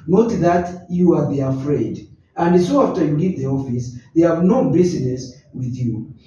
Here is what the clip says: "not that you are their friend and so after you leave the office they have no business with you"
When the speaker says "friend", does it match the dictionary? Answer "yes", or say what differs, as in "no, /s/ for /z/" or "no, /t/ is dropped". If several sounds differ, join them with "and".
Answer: no, /n/ is dropped